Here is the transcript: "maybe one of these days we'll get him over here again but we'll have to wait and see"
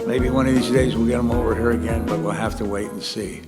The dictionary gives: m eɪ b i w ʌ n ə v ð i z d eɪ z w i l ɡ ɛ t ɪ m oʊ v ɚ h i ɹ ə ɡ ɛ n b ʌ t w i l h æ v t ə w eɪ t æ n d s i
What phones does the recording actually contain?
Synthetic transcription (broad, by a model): m eɪ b i w ʌ n ə v ð i z d eɪ z w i l ɡ ɛ t ɪ m oʊ v ɚ h i ɹ ə ɡ ɛ n b ʌ t w i l h æ f t ə w eɪ t n s i